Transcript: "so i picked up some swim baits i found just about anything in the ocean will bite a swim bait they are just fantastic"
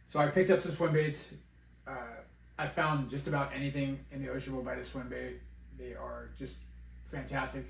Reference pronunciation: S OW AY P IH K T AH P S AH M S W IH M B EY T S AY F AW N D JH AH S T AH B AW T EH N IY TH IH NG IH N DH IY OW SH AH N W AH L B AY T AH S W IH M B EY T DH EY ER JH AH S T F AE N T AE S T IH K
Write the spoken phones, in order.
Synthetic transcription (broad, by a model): S OW AY P IH K T AH P S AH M S W IH M B EY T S AY F AW N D JH AH S T AH B AW T EH N IY TH IH NG IH N DH IY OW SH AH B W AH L B AY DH AH S W IH M B EY T DH EY ER JH AH S T F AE N T AE S T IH K